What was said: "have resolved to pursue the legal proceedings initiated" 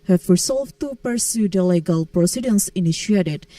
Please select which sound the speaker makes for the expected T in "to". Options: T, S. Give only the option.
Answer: T